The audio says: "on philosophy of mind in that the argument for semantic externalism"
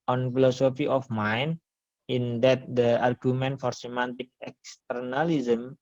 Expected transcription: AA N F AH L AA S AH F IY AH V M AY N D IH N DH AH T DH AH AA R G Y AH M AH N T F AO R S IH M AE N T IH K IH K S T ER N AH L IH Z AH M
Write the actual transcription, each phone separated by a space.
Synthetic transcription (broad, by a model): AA N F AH L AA S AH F IY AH F M AY N IH N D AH T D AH AA R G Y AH M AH N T F AO R S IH M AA N T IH K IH K S T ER N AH L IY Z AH M